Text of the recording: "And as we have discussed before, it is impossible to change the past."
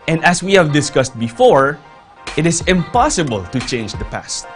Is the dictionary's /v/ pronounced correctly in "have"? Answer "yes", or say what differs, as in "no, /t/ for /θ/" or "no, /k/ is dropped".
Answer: yes